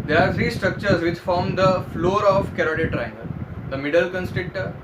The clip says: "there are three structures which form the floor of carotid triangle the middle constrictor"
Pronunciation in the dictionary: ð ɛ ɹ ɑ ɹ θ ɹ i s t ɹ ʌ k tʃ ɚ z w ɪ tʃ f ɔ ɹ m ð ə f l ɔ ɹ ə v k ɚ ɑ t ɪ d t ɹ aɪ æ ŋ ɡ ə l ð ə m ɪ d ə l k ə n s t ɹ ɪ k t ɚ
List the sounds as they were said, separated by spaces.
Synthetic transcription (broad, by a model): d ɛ ɹ ɑ ɹ t ɹ i s t ɹ ʌ k tʃ ɚ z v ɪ tʃ f ɔ ɹ m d ə f l ɔ ɹ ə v k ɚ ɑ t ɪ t ɹ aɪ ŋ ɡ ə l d ə m ɪ d ə l k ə n s t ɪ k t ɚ